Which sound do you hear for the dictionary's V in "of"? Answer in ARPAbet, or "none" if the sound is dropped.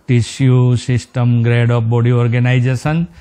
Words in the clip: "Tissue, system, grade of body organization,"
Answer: P